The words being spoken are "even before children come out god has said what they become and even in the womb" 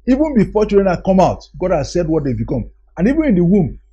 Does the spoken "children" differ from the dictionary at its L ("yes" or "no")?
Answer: yes